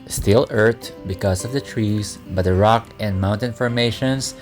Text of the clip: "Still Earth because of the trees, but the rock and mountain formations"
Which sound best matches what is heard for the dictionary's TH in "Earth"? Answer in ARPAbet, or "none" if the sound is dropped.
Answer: T